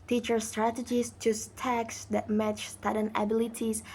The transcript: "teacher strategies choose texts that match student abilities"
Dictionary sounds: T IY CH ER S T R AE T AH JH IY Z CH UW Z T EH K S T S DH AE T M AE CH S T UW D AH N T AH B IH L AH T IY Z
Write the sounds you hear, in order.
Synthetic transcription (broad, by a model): T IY CH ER S T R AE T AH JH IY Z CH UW S T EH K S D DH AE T M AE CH S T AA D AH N AH B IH L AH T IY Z